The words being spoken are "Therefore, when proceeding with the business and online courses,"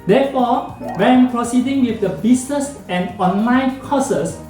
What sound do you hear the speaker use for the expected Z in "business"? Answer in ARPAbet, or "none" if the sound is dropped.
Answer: S